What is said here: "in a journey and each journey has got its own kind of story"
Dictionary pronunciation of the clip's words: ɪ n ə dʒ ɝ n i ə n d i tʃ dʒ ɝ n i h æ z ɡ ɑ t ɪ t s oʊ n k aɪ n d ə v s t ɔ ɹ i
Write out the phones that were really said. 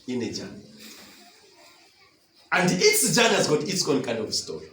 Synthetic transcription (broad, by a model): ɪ n ə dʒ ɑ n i ə n d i s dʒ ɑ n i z ɡ ɑ t ɪ t s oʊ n k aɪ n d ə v s t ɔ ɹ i